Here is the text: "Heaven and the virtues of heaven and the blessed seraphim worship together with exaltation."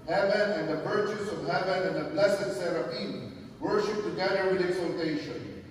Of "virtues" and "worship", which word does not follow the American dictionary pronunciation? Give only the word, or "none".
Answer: virtues